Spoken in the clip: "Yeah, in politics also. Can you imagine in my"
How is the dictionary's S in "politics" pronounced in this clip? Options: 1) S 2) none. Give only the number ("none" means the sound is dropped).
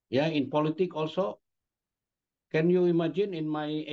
2